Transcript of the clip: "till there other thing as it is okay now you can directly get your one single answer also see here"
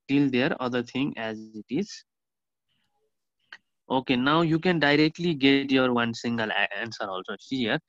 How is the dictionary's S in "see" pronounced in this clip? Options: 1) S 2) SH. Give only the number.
2